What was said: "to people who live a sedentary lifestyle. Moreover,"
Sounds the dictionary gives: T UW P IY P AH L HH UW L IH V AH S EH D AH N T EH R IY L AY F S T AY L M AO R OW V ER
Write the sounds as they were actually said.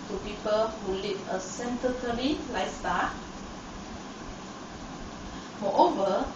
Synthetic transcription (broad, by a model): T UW P IY P AH L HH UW L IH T AH S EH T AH T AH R IY L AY S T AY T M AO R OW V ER